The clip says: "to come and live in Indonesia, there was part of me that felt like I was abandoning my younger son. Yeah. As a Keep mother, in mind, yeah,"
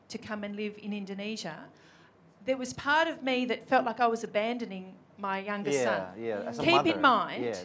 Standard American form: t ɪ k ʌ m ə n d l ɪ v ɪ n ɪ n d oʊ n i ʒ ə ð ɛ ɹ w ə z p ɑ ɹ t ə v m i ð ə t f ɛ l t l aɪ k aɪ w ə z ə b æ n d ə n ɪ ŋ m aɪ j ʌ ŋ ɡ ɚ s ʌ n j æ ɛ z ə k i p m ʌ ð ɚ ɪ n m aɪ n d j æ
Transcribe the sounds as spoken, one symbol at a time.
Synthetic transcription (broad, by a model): t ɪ k ʌ m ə n l ɪ v ɪ n ɪ n d oʊ n i ʒ ə ð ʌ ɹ w ə z p ɑ ɹ t ə v m i ð ə t f ɛ l t l aɪ k aɪ w ə z ə b æ n d ə n ɪ ŋ m aɪ j ʌ ŋ ɡ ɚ s ʌ n j æ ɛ k i p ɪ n m aɪ n d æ